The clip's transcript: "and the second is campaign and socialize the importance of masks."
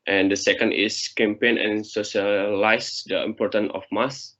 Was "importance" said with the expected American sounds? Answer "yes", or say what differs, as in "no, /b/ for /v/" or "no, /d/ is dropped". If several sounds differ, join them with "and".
no, /s/ is dropped